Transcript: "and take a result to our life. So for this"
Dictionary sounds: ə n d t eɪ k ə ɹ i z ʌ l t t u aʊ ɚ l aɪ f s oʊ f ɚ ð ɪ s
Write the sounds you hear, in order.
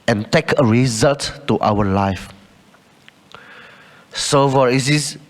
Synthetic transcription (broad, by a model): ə n t eɪ k ə ɹ i z ʌ l t t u aʊ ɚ l aɪ f s oʊ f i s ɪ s